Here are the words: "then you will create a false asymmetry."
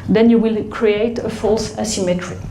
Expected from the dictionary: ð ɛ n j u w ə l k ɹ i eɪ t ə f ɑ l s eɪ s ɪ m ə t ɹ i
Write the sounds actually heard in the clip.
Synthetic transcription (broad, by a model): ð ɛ n j u w ə l k ɹ i eɪ t ə f ɑ l s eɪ s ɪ m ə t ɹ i